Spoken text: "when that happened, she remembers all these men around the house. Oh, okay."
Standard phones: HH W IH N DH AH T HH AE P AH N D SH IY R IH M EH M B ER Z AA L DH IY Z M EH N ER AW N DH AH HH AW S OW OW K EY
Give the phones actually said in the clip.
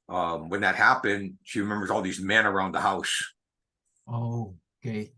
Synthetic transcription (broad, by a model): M W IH N DH AH T HH AE P AH N D SH IY R IH M EH M B ER Z AA L DH IY Z M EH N ER AW N DH AH HH AW S OW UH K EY